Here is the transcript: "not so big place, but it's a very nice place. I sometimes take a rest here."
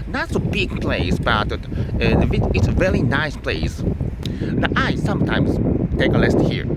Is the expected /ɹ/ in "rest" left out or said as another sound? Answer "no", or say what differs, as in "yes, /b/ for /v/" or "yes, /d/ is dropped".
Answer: yes, /l/ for /ɹ/